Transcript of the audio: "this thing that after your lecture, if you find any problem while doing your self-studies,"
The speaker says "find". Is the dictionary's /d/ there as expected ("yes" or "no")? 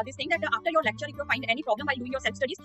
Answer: yes